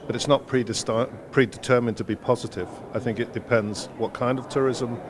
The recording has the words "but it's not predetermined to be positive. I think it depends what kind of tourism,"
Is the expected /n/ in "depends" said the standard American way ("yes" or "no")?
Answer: yes